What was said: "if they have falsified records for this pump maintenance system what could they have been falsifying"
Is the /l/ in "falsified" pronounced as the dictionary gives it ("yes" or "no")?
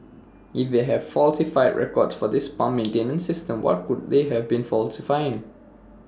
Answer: yes